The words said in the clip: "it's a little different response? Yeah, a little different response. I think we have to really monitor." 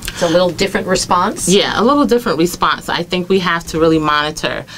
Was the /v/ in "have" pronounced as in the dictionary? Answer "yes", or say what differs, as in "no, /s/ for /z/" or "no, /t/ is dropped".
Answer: no, /f/ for /v/